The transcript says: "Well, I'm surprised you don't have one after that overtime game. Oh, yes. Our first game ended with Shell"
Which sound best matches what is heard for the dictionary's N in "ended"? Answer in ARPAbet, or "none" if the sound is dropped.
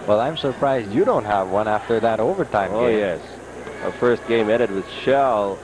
none